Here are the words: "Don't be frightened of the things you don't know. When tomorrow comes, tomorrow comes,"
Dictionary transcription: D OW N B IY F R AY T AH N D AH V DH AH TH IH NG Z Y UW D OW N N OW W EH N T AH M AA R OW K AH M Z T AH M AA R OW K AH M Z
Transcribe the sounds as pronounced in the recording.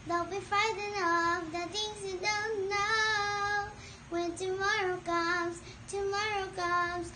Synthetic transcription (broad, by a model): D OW B IY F R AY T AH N AH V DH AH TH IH NG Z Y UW D OW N N OW W EH N T AH M AA R OW K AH M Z T AH M AA R OW K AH M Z